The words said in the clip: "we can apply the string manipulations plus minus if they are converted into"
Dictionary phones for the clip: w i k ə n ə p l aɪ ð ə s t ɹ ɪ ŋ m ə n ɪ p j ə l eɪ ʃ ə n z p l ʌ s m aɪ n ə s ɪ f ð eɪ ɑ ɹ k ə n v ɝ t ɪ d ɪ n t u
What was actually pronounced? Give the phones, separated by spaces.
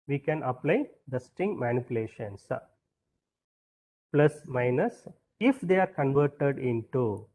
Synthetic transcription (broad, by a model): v i k ə n ə p l aɪ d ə s t ɪ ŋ m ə n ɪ p j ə l eɪ ʃ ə n s p l ʌ s m aɪ n ə s ɪ f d eɪ ɑ ɹ k ə n v ɝ t ɪ d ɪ n t u